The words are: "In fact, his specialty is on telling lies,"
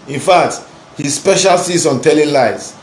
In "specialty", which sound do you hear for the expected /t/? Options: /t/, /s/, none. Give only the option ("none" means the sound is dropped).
/s/